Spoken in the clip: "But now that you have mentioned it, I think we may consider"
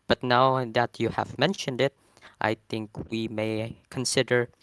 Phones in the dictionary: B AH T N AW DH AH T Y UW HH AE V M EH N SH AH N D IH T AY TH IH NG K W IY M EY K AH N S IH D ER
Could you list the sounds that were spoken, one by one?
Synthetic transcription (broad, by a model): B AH T N AW DH AH T Y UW HH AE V M EH N SH AH N D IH T AY TH IH NG K W IY M EY K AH N S IH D ER